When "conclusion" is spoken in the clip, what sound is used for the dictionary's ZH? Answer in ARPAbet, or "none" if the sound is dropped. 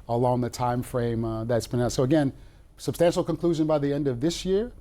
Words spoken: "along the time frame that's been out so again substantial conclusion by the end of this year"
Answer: ZH